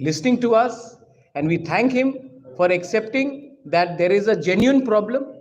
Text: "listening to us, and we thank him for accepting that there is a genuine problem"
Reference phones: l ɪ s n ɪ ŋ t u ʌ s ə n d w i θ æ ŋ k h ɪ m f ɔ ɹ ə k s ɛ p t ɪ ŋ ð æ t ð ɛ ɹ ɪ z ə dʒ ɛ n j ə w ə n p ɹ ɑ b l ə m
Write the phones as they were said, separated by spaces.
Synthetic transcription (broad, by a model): l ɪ s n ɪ ŋ t u ʌ s ə n d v i t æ ŋ k h ɪ m f ɔ ɹ ə k s ɛ p t ɪ ŋ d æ t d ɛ ɹ ɪ z ə dʒ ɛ n j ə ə n p ɹ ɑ b l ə m